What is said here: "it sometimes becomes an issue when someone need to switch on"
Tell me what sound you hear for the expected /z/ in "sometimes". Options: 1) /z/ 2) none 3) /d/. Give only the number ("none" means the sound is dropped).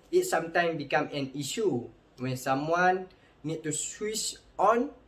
2